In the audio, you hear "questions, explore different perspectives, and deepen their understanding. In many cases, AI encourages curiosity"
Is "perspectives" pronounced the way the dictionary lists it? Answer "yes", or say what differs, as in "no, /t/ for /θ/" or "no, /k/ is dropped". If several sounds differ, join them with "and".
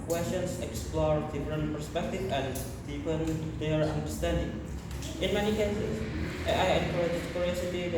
no, /z/ is dropped